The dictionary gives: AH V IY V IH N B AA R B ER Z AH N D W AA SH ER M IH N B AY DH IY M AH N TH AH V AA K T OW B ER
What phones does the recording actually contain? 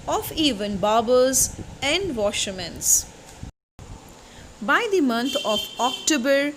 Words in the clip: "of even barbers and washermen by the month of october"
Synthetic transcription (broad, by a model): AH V IY V IH N B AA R B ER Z AH N D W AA SH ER M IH N B AY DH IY M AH N T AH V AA K T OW B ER